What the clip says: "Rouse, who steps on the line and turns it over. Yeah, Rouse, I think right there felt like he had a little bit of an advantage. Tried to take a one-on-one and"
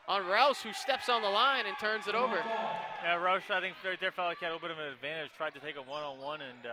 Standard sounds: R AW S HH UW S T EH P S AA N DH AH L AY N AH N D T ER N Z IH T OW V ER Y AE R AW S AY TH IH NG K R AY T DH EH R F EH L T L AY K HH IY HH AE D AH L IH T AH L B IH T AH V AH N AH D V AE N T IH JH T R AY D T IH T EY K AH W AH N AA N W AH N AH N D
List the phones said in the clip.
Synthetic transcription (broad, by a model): R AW S HH UW S T EH P S N DH AH L AY N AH N T ER N Z IH T OW V ER Y AE R AW S AY TH IH NG K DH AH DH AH R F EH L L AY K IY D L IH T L B IH T AH V AH N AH D V AE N T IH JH T R AY D T IH T EY K AH W AH N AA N W AH N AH N